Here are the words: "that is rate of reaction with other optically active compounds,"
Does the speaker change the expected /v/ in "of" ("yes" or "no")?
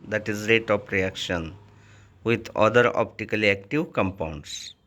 yes